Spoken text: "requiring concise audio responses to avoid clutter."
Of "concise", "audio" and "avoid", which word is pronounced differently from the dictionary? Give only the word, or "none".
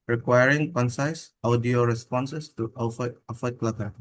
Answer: avoid